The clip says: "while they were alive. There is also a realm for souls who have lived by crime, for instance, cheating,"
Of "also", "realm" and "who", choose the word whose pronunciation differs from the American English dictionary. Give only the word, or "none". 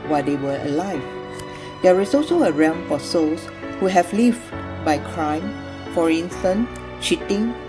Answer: realm